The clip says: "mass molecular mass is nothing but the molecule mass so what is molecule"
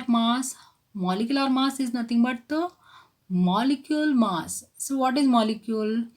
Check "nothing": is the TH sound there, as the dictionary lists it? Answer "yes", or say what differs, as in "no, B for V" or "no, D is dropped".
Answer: no, T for TH